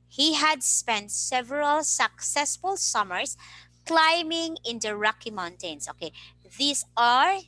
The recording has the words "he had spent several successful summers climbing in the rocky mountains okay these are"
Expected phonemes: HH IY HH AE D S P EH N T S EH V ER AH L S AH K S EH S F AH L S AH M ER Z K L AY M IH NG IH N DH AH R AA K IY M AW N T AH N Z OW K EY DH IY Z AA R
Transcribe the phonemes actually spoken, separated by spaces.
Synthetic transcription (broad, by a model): HH IY HH AE D S P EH N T S EH V ER AH L S AH K S EH S F AH L S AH M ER S K L AY M IH NG IH N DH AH R AA K IY M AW N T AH N S OW K EY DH IY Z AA R